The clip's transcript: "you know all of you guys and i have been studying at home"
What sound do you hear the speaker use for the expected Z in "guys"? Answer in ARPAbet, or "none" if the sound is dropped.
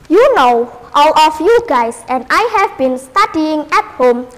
S